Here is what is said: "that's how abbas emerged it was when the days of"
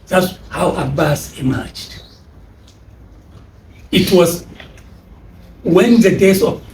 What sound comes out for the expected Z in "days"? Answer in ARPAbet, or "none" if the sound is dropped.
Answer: S